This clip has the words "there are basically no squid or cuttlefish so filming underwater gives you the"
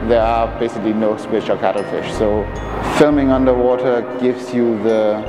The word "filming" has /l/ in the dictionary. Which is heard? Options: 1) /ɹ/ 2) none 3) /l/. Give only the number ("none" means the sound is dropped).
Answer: 3